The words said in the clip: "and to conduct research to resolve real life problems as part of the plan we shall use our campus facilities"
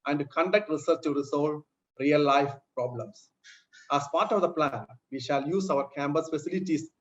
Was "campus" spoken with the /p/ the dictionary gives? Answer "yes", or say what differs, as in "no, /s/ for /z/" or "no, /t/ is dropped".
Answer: no, /b/ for /p/